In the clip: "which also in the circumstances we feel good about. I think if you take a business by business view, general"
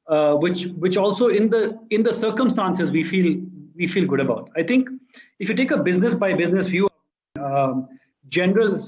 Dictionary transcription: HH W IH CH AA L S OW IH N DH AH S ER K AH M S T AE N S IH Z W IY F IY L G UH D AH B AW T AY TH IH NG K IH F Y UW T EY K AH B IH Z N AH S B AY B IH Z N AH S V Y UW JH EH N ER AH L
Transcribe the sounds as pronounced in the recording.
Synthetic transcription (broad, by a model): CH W IH CH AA L S OW IH N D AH S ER K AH M S T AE N S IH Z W IY F IY L G UH D AH B AW T AY T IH NG K IH F Y UW T EY K AH B IH Z N AH S B AY B IH Z N AH S F Y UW JH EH N ER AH L